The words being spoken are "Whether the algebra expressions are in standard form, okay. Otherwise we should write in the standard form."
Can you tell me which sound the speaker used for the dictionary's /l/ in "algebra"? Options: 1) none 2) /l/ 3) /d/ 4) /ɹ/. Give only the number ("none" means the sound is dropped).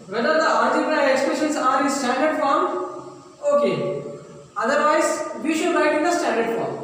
1